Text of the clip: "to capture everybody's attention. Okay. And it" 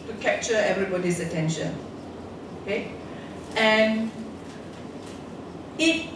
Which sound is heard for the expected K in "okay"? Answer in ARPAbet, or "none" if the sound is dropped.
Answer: K